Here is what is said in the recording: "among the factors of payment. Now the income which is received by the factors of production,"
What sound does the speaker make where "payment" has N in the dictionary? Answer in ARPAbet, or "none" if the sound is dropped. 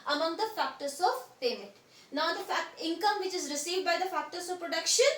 none